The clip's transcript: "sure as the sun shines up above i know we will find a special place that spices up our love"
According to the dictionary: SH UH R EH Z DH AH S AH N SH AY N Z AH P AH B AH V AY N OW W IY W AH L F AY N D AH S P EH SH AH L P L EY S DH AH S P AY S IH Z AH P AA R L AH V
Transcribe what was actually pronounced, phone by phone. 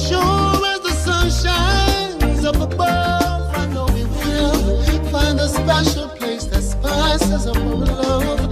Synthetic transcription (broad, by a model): SH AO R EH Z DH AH S AH N SH AY N Z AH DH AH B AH AY N OW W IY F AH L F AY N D AH S P EH SH AH L P L EY S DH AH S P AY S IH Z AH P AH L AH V